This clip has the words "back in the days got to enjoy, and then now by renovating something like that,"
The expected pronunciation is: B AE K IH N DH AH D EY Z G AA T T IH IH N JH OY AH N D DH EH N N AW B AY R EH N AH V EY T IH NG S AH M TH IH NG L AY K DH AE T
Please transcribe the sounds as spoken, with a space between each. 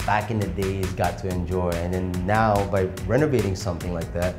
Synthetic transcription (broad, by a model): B AE K IH N DH AH D EY Z G AA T T IH IH N JH OY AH N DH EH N N AW B AY R EH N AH V EY T IH NG S AH M TH IH NG L AY K DH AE T